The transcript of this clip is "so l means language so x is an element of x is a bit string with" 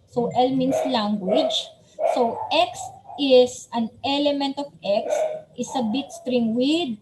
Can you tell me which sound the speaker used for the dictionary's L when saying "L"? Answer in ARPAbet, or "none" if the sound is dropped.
L